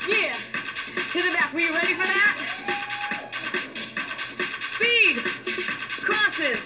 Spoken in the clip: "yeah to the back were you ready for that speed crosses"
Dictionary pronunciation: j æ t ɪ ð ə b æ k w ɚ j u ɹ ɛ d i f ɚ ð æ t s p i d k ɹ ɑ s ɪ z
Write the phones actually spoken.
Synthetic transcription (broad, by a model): j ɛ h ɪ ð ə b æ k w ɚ ɹ ɛ d i f ɚ ð æ t s p i d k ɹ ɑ s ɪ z